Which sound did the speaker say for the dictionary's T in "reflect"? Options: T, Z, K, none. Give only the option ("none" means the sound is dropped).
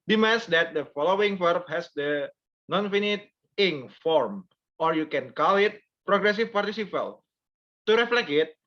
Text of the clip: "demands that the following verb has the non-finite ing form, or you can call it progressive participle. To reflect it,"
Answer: none